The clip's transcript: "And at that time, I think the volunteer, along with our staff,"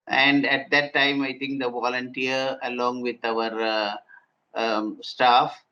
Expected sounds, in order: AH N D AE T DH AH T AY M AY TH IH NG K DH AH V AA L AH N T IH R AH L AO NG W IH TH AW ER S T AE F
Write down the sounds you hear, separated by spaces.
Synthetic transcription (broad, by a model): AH N D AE T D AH T AY M AY T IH NG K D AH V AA L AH N T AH R AH L AO NG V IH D AW ER S T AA F